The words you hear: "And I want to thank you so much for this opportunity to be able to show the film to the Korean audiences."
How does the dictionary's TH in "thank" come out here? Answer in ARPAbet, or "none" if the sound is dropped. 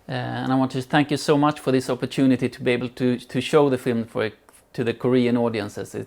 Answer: TH